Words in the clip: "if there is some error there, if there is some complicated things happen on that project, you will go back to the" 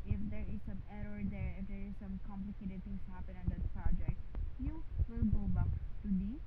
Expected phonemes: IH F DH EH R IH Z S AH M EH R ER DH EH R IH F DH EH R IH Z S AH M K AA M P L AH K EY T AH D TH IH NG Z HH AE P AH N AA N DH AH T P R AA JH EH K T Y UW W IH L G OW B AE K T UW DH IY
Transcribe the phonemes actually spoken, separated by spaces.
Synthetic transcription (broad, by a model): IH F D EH R IH Z S AH M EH R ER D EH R IH F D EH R IH Z S AH M K AA M P L AH K EY T AH D T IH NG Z HH AE P AH N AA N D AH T P R AA JH EH K T Y UW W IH L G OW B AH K T UW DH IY